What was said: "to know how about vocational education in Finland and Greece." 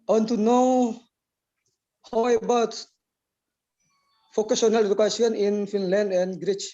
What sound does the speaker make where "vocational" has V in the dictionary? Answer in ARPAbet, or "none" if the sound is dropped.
F